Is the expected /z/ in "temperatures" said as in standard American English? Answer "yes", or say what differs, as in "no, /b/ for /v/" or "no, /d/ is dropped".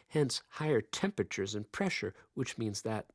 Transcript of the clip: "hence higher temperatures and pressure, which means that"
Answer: yes